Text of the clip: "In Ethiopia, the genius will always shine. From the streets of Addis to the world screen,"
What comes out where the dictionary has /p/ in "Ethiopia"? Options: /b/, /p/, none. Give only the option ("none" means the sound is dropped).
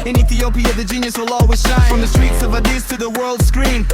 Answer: /p/